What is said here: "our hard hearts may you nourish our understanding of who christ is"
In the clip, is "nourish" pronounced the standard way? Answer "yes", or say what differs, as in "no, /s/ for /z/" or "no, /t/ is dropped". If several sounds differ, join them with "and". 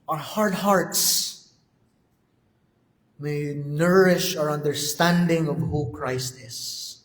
yes